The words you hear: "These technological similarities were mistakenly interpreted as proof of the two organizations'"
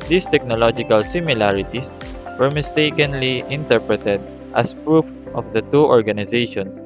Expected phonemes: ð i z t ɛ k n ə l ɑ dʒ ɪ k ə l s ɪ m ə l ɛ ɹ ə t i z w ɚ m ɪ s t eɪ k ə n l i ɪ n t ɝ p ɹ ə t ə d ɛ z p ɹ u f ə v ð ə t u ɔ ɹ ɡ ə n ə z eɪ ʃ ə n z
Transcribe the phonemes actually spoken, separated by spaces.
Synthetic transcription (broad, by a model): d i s t ɛ k n ə l ɑ dʒ ɪ k ə l s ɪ m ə l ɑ ɹ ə t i s w ɚ m ɪ s t eɪ k ə n l i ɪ n t ɝ p ɹ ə t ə d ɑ s p ɹ u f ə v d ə t u ɔ ɹ ɡ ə n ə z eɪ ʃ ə n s